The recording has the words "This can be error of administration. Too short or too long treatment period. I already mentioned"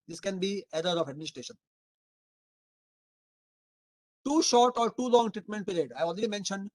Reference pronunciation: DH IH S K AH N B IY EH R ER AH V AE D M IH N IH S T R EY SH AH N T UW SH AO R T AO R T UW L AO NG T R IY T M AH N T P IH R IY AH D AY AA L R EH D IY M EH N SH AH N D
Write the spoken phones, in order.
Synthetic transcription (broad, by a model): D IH S K AH N B IY EH R ER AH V AE D M IH N IH S T R EY SH AH N T UW SH AO R T AO R T UW L AO NG T R IY T M AH N T P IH R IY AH D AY AA L R EH D IY M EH N SH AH N D